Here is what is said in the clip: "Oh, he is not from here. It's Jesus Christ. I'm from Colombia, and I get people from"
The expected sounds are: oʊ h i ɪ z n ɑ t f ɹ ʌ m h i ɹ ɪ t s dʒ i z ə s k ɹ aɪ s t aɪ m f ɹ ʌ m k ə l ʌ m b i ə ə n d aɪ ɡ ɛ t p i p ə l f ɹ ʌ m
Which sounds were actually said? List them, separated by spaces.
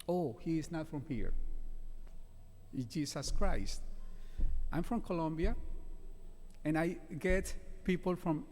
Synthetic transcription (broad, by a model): oʊ h i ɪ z n ɑ t f ɹ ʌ m h i ɹ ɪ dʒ i s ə s k ɹ aɪ s t aɪ m f ɹ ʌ m k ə l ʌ m b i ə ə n aɪ ɡ ɛ t p i p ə l f ɹ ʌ m